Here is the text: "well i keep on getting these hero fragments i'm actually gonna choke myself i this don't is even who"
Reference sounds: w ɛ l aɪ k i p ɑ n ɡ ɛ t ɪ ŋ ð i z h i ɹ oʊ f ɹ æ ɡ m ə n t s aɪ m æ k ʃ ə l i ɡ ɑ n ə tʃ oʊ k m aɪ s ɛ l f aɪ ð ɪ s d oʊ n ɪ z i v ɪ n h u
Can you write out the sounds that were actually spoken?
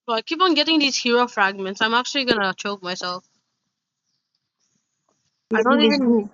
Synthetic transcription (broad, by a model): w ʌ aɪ k i p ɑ n ɡ ɛ t ɪ ŋ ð i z h i ɹ oʊ f ɹ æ ɡ m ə n t s aɪ m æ k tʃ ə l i ɡ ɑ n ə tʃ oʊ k m aɪ s ɛ l f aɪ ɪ d oʊ n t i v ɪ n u